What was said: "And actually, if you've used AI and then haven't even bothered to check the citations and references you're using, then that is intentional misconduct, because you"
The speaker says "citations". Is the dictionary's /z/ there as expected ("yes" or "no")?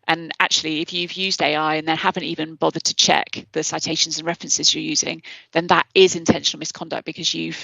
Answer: yes